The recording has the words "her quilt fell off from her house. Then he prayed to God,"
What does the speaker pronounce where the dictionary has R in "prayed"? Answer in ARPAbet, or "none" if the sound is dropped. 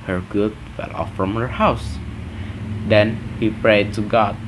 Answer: R